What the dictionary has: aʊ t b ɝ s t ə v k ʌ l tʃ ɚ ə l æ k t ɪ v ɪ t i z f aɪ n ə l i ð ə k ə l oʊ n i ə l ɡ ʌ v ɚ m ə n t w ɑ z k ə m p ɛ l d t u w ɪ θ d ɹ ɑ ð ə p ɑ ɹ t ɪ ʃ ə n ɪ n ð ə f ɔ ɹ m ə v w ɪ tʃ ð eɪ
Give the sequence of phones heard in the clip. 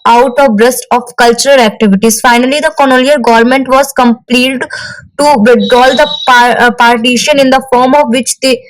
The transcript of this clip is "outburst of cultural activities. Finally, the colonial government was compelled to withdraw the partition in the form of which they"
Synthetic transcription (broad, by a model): aʊ t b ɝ s t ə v k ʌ l tʃ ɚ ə l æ k t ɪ v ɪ t i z f aɪ n ə l i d ə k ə n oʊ l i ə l ɡ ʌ v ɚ m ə n t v ɑ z k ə m p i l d t u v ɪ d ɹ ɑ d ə p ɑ ɹ t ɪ ʃ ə n ɪ n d ə f ɔ ɹ m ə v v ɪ tʃ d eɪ